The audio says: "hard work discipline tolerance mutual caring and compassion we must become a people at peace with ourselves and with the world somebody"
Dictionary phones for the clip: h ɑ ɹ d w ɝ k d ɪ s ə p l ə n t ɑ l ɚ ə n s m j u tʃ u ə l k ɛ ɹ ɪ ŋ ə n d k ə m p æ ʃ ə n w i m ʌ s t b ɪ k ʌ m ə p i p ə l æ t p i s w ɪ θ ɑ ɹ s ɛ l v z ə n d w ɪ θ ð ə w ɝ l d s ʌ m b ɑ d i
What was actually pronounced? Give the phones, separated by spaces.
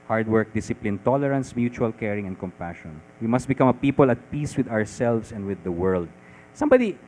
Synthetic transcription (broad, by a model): h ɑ ɹ d w ɝ k d ɪ s ə p l ə n t ɑ l ɚ ə n s m j u tʃ u ə l k ɛ ɹ ɪ ŋ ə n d k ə m p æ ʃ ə n w i m ʌ s t b ɪ k ʌ m ə p i p ə l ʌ t p i s w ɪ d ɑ ɹ s ɛ l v s ə n d w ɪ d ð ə w ɝ l d s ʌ m b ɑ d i